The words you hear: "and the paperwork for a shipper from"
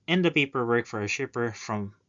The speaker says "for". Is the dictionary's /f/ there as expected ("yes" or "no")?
yes